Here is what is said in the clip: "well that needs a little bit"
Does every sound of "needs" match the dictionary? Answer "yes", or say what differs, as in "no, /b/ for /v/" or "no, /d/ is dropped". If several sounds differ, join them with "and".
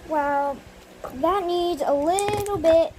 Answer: yes